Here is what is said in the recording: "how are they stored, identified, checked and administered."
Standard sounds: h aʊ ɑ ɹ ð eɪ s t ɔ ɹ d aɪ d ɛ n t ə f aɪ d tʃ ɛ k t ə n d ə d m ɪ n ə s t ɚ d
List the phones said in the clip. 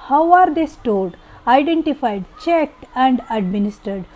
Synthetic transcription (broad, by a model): h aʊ ɑ ɹ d eɪ s t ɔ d aɪ d ɛ n t ə f aɪ d tʃ ɛ k t ə n d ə d m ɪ n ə s t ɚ d